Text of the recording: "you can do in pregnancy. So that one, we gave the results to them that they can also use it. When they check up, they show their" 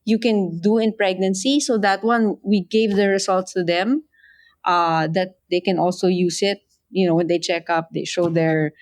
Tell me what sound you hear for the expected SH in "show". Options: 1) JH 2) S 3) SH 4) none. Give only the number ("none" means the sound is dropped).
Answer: 3